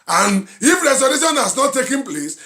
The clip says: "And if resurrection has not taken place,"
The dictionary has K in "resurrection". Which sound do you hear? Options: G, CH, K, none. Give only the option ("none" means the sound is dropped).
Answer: none